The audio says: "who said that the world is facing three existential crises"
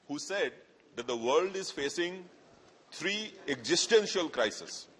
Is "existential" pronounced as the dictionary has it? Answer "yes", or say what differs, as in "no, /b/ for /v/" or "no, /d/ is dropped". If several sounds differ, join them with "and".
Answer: yes